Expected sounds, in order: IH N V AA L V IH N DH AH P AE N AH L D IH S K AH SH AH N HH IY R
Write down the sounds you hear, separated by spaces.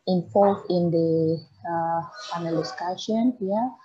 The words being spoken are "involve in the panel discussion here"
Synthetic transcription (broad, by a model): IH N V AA L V IH N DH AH F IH N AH L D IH S K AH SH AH N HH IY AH